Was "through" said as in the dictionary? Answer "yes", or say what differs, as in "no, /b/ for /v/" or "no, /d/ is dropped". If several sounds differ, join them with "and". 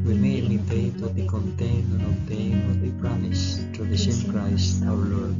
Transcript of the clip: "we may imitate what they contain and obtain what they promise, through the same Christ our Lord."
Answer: no, /t/ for /θ/